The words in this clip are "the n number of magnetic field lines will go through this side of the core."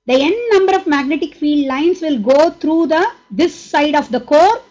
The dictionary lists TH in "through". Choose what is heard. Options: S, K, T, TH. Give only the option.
T